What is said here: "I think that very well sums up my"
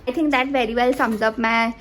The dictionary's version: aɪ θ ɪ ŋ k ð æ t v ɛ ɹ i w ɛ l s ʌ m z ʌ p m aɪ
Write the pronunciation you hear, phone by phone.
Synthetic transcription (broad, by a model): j t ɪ ŋ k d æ t v ɛ ɹ i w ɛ l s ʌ m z ʌ p m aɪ